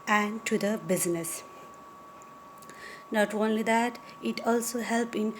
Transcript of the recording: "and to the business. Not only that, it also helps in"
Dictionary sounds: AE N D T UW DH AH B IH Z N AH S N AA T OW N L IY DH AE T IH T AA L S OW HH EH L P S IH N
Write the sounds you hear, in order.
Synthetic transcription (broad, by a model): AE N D T UW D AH B IH Z N AH S N AA T OW N L IY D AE T IH T AA L S OW HH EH L P IH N